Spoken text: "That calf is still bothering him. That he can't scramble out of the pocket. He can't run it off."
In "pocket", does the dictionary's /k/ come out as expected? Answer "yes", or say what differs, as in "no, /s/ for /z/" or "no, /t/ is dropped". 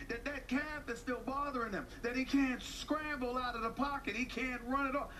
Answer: yes